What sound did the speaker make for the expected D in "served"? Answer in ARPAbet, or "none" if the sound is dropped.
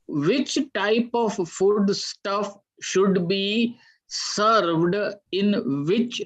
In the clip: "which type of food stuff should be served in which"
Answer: D